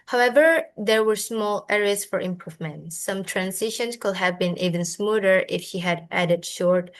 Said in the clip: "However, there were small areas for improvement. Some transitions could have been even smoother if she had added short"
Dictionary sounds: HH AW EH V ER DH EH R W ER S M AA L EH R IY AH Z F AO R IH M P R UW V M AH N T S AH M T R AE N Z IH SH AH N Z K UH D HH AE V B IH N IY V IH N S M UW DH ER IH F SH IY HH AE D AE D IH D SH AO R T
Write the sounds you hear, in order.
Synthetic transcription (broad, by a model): HH AW EH V ER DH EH R W ER S M AA L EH R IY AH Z F AO R IH M P R UW V M AH N T S AH M T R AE N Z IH SH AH N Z K UH D HH AE V B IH N IY V IH N S M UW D ER IH F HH IY HH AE D AE D IH D SH AO R T